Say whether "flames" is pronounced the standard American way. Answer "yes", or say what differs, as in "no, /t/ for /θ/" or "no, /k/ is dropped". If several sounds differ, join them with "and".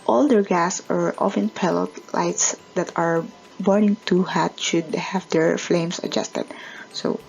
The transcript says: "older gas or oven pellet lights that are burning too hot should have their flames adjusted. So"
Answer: no, /s/ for /z/